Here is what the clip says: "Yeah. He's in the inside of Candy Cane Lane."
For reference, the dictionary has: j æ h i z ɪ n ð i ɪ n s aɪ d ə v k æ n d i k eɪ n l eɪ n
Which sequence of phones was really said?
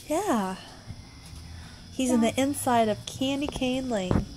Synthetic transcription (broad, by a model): j æ h i z ɪ n ð i ɪ n s aɪ d ə v k æ n d i k eɪ n l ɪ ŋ